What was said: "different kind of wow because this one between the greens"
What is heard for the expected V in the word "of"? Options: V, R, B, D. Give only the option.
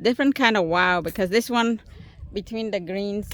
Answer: V